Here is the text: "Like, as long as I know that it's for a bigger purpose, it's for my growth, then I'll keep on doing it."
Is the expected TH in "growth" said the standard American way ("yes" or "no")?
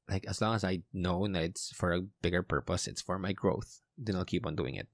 yes